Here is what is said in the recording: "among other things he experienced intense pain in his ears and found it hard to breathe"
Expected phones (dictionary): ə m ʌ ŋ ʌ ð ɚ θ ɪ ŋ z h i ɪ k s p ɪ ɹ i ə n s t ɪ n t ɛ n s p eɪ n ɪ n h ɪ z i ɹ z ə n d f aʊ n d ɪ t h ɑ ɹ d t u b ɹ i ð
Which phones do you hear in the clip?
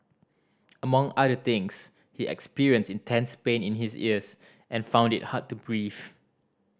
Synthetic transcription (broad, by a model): ə m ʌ ŋ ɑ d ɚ t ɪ ŋ s h i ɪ k s p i ɹ i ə n s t ɪ n t ɛ n s p eɪ n ɪ n h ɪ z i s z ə n f aʊ n d ɪ t h ɑ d t u b ɹ i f